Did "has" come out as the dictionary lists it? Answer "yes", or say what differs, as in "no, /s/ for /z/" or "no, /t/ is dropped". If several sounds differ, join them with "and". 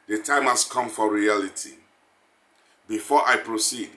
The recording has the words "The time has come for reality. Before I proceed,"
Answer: no, /s/ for /z/